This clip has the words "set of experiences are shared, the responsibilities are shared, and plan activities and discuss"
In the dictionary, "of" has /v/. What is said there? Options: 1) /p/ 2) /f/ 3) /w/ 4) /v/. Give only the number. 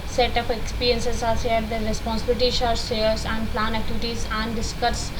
1